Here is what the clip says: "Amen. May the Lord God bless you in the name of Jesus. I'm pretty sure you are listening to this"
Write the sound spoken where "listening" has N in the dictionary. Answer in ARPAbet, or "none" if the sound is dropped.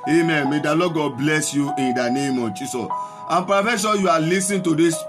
none